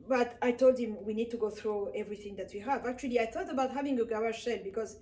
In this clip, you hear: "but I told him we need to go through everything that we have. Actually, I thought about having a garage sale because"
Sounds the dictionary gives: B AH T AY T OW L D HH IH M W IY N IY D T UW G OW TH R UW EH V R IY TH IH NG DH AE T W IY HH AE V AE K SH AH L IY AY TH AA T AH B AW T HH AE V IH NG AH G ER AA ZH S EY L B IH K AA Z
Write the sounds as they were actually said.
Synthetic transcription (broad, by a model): B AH T AY T OW L D HH IH M W IY N IY D T UW G OW TH R UW EH V R IY TH IH NG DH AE T W IY HH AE V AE K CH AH L IY AY TH AA T AH B AW T HH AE V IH NG AH G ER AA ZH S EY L B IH K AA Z